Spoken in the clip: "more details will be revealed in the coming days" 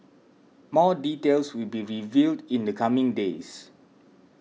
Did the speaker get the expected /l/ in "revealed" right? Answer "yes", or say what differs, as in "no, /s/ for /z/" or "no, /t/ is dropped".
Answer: yes